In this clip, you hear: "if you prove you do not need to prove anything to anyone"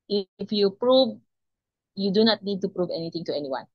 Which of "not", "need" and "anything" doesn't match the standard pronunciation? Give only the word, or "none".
anything